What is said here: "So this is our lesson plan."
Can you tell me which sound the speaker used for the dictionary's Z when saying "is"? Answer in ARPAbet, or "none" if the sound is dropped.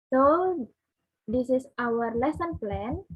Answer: S